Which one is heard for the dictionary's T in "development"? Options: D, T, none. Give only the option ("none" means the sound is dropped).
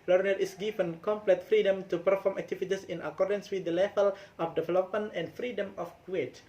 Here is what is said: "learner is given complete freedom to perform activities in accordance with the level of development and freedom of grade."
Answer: none